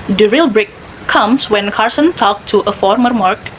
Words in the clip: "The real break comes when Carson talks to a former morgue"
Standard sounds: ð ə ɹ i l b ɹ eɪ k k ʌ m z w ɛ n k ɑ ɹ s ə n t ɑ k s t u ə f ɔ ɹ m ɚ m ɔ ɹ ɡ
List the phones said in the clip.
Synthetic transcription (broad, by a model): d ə ɹ i l b ɹ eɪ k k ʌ m s w ɛ n k ɑ ɹ s ə n t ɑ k t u ə f ɔ ɹ m ɚ m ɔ ɹ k